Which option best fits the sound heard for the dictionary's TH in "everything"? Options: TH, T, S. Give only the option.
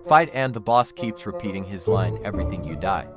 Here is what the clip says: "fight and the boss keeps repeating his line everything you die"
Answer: TH